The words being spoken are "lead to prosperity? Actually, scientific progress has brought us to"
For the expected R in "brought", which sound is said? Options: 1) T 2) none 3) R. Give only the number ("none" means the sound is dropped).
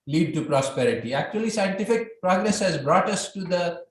3